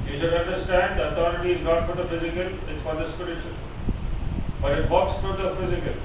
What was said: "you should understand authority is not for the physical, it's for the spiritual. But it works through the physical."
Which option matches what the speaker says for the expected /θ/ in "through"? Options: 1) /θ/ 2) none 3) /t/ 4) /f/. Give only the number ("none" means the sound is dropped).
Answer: 4